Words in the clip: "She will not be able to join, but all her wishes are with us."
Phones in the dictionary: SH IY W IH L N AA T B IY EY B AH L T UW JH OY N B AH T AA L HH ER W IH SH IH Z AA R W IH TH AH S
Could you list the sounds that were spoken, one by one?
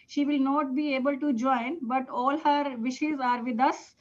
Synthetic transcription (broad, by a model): SH IY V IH L N AA T B IY EY B AH L T UW JH OY N B AH T AA L HH ER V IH SH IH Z AA R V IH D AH S